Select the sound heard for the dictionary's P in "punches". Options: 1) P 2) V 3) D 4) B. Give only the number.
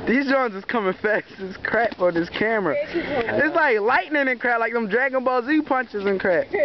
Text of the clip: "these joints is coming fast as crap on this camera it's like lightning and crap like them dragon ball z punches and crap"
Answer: 1